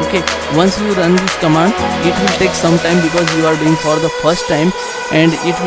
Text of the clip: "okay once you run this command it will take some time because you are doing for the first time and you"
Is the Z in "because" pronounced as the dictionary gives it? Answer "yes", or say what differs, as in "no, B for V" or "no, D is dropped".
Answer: yes